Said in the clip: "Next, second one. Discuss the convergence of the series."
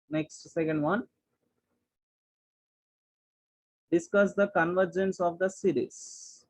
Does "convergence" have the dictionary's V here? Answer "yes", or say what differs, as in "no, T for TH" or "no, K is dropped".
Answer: yes